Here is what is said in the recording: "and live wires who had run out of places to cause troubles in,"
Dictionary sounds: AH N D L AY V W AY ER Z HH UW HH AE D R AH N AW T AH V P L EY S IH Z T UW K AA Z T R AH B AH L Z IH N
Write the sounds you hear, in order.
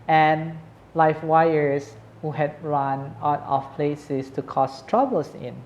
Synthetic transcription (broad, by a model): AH N L AY F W AY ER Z HH UW HH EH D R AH N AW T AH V P L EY S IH S T UW K AA S T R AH B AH L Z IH N